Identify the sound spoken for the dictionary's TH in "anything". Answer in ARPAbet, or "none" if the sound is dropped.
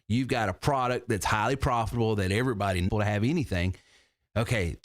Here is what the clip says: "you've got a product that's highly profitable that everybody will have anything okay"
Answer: TH